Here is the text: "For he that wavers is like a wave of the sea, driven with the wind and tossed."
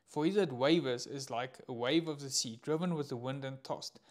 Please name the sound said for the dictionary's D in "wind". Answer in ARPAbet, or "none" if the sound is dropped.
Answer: D